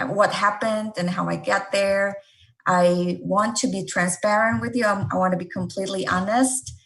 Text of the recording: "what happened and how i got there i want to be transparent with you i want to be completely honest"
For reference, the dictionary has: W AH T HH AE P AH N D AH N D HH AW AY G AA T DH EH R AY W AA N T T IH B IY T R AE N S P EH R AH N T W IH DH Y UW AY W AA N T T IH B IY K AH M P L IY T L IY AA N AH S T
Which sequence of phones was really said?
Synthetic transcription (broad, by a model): W AH T HH AE P AH N D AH N HH AW AY G AA T DH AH R AY W AA N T T IH B IY T R AE N S P EH R AH N T W IH DH Y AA AY W AA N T T IH B IY K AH M P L IY T L IY AA N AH S T